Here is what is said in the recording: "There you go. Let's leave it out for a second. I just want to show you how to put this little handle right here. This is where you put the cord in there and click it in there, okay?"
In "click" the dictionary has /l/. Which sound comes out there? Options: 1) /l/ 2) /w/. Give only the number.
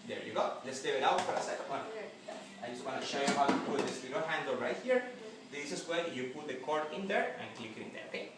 1